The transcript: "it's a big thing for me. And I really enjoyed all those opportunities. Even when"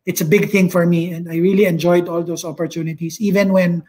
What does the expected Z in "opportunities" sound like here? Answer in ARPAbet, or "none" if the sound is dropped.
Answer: S